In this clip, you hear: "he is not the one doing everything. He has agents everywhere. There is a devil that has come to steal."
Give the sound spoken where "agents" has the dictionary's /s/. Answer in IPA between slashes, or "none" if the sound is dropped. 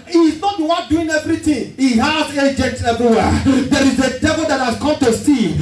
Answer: none